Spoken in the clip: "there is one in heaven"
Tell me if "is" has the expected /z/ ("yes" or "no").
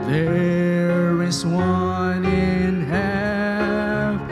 no